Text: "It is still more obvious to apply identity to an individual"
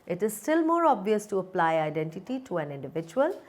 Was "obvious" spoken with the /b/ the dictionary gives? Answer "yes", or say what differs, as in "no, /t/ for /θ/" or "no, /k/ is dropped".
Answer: yes